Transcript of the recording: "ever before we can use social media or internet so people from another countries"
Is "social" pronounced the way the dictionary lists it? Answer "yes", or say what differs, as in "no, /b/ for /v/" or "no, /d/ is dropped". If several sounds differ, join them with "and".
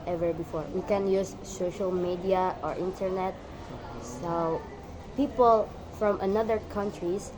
yes